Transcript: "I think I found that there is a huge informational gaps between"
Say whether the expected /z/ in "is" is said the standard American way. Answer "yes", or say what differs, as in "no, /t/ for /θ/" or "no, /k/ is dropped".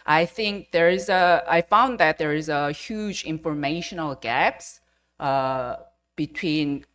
yes